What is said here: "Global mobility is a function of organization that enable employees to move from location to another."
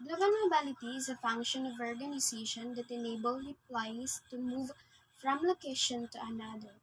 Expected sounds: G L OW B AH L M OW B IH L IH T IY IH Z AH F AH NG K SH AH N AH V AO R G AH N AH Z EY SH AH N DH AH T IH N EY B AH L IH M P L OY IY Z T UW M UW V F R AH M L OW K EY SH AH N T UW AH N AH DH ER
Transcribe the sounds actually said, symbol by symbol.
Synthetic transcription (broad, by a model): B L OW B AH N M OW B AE L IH T IY IH Z AH F AH NG K SH AH N AH V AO R G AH N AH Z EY SH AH N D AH T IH N EY B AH L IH P L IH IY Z T UW M UW V F R AH M L OW K EY SH AH N T UW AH N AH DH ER